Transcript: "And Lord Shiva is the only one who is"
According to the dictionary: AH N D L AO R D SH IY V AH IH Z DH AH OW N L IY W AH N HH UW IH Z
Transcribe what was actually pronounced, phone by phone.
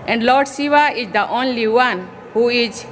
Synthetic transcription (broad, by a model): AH N D L AO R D S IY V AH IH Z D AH OW N L IY W AH N HH UW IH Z